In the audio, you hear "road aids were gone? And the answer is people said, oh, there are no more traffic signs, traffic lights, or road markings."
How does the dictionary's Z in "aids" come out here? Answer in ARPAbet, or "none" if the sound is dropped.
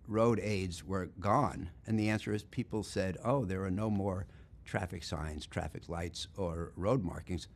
Z